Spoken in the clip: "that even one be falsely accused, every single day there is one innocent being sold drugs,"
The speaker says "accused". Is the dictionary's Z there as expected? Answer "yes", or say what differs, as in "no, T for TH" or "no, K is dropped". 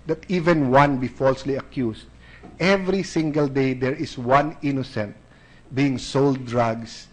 no, S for Z